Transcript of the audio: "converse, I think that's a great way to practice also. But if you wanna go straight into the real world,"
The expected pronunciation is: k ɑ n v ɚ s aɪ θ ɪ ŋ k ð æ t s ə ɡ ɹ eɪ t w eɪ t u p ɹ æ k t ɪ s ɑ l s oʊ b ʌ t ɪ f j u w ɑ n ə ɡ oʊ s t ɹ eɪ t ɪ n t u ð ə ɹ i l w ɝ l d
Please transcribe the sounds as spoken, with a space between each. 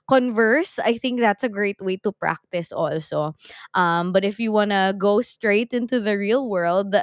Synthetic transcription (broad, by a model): k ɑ n v ɚ s aɪ θ ɪ ŋ k ð æ t s ə ɡ ɹ eɪ t w eɪ t u p ɹ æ k t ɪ s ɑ l s oʊ b ʌ t ɪ f j u w ɑ n ə ɡ oʊ s t ɹ eɪ t ɪ n t u ð ə ɹ i l w ɝ l d